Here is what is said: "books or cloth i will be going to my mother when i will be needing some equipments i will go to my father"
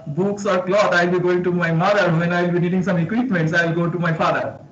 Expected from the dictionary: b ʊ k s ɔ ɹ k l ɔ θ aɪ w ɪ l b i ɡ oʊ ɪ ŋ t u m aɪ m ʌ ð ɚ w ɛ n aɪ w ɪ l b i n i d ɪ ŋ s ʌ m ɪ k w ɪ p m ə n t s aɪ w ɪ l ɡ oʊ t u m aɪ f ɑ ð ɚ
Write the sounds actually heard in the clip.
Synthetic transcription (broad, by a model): b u k s ɔ ɹ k l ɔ t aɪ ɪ l b i ɡ oʊ ɪ ŋ t u m aɪ m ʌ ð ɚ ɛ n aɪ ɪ l b i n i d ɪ ŋ s ʌ m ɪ k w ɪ p m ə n t s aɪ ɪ l ɡ oʊ t u m aɪ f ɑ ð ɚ